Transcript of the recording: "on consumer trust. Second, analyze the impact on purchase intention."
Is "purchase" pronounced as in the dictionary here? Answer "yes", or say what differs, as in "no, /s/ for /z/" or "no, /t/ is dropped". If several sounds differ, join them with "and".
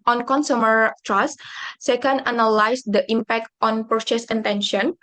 no, /s/ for /tʃ/